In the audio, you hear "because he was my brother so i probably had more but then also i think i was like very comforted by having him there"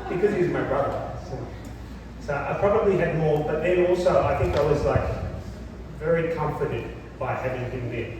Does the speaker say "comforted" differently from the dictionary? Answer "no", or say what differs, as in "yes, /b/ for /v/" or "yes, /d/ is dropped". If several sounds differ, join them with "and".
no